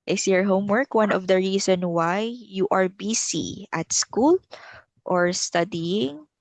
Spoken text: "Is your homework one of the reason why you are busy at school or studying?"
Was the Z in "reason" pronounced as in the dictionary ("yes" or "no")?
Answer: no